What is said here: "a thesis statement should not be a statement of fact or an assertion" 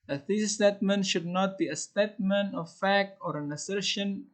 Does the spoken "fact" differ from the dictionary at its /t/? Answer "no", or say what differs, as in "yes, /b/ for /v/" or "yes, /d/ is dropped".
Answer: no